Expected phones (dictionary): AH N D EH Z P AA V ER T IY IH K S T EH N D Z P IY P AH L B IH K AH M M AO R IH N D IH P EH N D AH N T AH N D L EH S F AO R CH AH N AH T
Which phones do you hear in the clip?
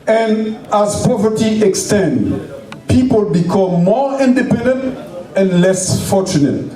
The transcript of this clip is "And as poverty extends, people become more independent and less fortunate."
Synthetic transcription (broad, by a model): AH N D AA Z P AA V ER T IY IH K S T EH N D P IY P AH L B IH K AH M M AO R IH N D IH P EH N D AH N T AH N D L EH S F AO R CH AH N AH T